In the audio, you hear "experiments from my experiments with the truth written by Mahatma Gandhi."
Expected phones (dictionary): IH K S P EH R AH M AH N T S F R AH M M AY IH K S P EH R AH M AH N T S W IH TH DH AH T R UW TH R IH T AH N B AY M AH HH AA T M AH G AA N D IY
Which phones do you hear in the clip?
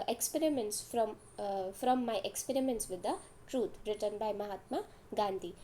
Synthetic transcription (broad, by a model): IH K S P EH R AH M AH N T S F R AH M M AY IH K S P EH R AH M AH N T S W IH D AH T R UW T R IH T AH N B AY M AH HH AA T M AH G AA N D IY